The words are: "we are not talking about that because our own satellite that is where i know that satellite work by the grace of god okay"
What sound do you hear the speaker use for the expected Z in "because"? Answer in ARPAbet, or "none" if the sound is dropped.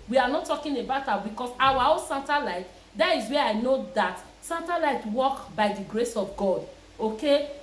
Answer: S